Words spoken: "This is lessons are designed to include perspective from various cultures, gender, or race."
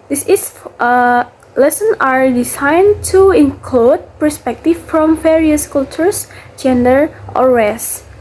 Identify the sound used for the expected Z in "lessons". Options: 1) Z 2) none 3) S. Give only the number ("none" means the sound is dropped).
2